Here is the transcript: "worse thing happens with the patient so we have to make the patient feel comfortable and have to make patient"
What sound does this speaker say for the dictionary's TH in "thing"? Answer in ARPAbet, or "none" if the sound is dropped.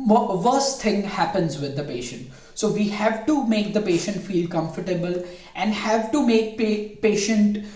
T